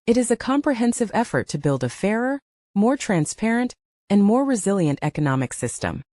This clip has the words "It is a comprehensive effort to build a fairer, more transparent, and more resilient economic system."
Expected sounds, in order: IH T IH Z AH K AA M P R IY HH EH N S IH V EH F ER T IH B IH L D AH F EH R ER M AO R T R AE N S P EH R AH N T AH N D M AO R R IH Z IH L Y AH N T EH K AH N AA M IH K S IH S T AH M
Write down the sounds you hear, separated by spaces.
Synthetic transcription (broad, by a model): IH T IH Z AH K AA M P R IY HH EH N S IH V EH F ER T IH B IH L D AH F EH R ER M AO R T R AE N S P EH R AH N T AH N M AO R R IH Z IH L Y AH N T EH K AH N AA M IH K S IH S T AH M